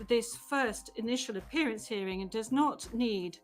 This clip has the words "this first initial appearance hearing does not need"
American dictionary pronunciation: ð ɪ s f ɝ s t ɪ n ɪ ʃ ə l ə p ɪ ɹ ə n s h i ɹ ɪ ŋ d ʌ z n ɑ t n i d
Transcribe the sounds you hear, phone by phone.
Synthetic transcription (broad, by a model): ð ɪ s f ɝ s t ɪ n ɪ ʃ ə l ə p ɪ ɹ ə n s h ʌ ɹ ɪ ŋ d ʌ z n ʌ t n i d